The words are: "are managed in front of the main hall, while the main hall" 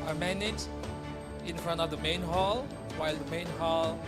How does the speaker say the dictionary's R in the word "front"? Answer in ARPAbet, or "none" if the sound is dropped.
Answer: R